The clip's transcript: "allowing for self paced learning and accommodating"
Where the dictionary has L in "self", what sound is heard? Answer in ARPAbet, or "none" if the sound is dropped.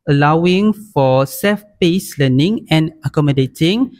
none